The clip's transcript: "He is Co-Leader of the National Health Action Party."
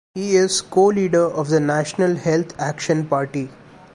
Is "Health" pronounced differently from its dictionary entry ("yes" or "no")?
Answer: yes